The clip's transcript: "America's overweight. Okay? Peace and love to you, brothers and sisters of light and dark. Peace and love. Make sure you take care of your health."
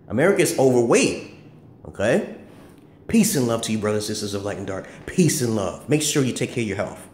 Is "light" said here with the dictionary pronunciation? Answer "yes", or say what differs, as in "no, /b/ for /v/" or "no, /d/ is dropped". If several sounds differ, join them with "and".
no, /t/ is dropped